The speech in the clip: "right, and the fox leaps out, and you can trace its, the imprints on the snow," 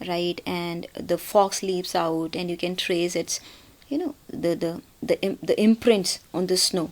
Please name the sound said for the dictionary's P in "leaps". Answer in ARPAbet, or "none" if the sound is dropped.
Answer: P